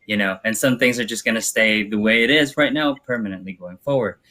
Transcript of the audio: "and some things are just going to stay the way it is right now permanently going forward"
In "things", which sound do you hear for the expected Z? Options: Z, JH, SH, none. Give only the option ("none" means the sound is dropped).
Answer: Z